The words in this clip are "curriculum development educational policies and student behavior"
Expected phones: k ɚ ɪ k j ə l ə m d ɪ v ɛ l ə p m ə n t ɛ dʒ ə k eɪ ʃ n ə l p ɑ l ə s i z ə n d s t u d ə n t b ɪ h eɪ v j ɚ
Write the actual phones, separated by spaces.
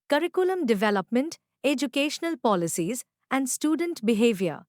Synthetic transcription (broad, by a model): k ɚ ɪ k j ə l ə m d ɪ v ɛ l ə p m ə n t ɛ dʒ ə k eɪ ʃ n ə l p ɑ l ə s i z ə n d s t u d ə n t b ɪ h eɪ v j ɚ